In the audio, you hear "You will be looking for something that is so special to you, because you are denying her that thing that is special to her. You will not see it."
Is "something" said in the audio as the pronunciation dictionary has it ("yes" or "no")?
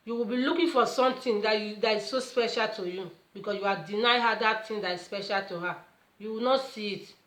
no